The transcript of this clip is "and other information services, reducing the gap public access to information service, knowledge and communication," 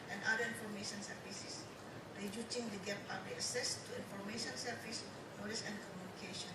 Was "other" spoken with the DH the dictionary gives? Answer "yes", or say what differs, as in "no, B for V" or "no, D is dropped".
no, DH is dropped